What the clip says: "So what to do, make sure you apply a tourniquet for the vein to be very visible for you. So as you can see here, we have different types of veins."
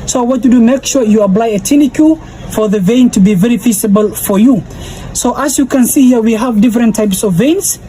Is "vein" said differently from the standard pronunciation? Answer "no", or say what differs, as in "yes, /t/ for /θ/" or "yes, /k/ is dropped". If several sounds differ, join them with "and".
no